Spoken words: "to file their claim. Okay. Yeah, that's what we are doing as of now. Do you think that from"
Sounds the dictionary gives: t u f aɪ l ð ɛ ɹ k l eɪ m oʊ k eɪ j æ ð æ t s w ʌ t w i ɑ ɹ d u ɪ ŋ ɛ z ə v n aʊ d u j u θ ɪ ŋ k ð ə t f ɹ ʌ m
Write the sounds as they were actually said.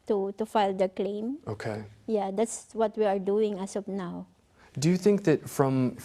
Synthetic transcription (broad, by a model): t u f aɪ l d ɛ k l eɪ m oʊ k eɪ j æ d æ t s w ʌ t w i ɑ ɹ d u ɪ ŋ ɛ s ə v n aʊ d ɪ j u θ ɪ ŋ k ð ə t f ɹ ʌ m